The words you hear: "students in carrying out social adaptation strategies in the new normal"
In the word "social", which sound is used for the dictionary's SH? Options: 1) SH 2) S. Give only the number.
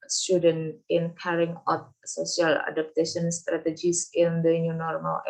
2